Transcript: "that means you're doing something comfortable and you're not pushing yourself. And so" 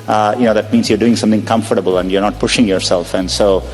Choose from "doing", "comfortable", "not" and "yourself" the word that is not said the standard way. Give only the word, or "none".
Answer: none